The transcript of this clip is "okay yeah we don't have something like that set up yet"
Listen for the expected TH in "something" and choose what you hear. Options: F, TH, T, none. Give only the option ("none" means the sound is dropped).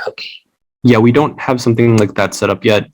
TH